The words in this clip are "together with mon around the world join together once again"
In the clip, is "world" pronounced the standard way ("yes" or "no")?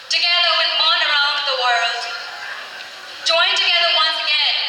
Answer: yes